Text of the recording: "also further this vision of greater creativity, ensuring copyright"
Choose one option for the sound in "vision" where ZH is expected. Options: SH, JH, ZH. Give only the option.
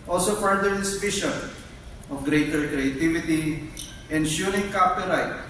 SH